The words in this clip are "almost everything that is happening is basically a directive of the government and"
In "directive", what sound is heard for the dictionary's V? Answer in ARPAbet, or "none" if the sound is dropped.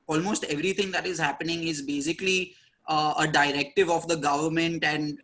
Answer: V